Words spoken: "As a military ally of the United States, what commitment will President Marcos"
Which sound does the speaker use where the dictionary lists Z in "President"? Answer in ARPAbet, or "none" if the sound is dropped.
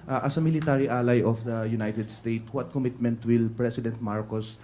S